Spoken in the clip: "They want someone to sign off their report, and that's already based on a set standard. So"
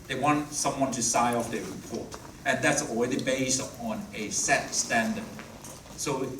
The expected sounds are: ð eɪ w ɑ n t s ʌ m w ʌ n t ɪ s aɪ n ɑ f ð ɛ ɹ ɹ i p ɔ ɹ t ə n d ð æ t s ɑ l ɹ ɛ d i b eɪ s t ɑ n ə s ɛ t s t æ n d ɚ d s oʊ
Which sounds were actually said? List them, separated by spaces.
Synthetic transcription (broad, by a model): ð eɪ w ɑ n t s ʌ m w ʌ n t ɪ s aɪ ɑ f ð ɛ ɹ ɹ i p ɔ ɹ t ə n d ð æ t s ɑ l ɹ ɛ d i b eɪ s t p n ə s ɛ t s t æ n d ɚ d s oʊ